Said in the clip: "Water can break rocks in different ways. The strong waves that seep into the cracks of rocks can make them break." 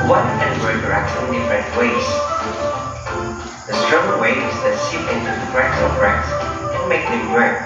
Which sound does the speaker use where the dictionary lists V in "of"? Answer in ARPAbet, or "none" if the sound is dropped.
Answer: B